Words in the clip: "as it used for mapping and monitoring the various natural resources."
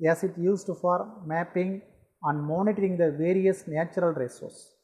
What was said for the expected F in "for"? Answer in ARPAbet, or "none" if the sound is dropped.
F